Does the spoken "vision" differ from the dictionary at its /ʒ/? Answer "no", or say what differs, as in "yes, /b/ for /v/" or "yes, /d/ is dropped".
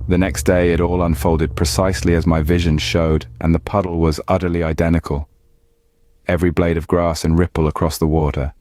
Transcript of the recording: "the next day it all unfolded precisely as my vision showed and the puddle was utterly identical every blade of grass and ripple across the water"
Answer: no